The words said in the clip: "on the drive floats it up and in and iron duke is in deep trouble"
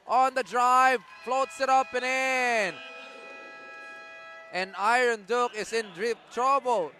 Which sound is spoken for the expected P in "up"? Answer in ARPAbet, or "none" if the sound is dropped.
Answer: P